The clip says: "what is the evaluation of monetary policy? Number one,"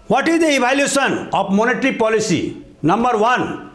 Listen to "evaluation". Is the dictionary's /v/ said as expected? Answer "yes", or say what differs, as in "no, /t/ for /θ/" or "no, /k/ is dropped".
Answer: no, /b/ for /v/